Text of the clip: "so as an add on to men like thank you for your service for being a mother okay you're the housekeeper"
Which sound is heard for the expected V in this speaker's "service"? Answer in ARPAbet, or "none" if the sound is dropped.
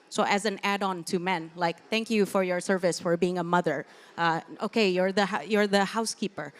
V